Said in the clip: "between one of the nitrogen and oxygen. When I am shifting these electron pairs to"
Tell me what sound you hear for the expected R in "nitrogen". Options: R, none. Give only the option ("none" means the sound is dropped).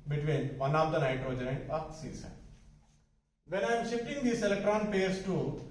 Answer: none